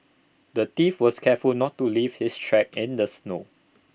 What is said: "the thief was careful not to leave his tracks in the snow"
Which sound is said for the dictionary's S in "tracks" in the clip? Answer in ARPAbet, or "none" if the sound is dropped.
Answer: none